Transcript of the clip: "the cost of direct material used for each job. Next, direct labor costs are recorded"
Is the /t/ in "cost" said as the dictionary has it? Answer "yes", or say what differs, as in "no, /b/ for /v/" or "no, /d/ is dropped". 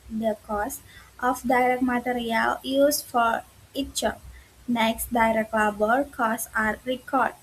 yes